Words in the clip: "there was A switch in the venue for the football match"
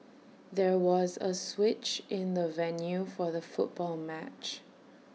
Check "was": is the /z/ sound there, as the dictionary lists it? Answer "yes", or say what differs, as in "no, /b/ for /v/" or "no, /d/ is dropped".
yes